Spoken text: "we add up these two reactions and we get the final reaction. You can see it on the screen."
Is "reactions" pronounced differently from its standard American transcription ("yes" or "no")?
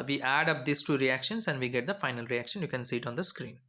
yes